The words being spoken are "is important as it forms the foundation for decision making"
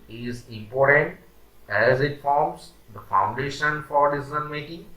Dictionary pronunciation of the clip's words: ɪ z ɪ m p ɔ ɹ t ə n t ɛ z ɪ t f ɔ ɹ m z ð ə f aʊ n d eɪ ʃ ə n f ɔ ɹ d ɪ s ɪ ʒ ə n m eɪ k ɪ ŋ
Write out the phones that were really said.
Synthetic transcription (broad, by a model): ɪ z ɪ m p ɔ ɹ t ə n t ɛ z ɪ t f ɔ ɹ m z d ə f aʊ n d eɪ ʃ ə n f ɔ ɹ d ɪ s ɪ z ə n m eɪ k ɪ ŋ